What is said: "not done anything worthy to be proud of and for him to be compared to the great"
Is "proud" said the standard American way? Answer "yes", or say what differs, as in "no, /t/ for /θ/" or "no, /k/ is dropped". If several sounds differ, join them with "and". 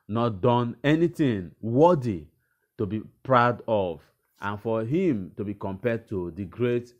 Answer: yes